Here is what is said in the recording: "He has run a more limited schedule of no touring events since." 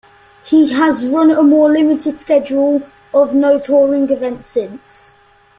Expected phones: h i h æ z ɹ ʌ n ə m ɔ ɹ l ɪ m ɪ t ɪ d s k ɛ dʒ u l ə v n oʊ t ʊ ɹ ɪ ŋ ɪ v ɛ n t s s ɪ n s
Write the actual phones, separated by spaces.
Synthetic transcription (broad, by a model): h i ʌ z ɹ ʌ n ə m ɔ l ɪ m ɪ t ɪ d s k ɛ dʒ u l ə v n oʊ t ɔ ɹ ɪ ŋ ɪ v ɛ n t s s ɪ n s